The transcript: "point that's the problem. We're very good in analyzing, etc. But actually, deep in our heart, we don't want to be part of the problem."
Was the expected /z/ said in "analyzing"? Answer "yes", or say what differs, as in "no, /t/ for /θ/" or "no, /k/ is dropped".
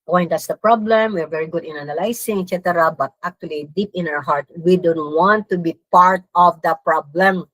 no, /s/ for /z/